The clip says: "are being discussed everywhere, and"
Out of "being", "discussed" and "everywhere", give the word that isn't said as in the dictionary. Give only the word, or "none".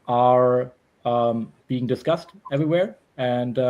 none